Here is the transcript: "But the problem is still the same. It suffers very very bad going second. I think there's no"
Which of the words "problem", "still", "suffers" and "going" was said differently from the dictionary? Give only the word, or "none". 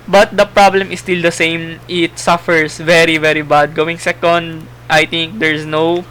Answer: suffers